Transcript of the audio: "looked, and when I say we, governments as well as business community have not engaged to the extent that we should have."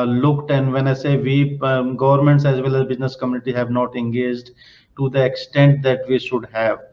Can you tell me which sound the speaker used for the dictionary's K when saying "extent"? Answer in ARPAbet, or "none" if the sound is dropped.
K